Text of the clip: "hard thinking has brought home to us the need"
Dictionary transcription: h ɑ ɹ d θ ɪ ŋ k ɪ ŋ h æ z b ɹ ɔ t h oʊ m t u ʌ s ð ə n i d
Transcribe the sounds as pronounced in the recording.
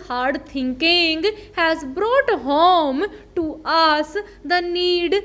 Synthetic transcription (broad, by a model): h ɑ ɹ d t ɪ ŋ k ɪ ŋ h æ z b ɹ ɔ t h oʊ m t u ʌ s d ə n i d